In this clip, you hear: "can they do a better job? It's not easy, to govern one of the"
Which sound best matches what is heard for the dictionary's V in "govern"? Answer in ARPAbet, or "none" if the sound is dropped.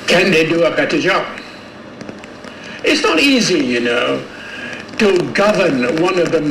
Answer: V